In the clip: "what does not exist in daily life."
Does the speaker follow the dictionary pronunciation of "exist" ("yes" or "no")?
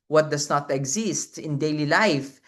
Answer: yes